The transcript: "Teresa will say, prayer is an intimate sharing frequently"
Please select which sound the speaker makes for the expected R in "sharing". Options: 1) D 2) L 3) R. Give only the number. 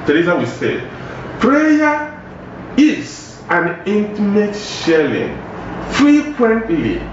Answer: 2